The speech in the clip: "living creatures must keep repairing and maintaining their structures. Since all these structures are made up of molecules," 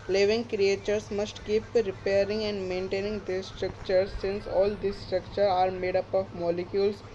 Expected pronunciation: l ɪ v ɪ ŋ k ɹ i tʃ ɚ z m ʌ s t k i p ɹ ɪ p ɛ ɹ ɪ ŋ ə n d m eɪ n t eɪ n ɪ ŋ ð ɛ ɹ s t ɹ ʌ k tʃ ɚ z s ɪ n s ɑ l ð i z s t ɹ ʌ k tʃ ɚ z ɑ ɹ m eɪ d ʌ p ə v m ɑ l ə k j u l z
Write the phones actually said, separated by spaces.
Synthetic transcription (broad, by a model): l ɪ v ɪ ŋ k ɹ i tʃ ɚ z m ʌ s t k i p ɹ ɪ p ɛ ɹ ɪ ŋ ə n d m eɪ n t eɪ n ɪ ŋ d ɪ s t ɹ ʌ k tʃ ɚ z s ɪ n s ɑ l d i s t ɹ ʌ k tʃ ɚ ɑ ɹ m eɪ d ʌ p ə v m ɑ l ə k j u l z